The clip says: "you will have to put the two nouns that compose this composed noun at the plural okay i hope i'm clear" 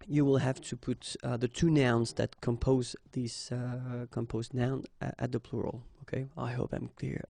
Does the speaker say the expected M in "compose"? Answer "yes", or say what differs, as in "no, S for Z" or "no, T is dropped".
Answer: yes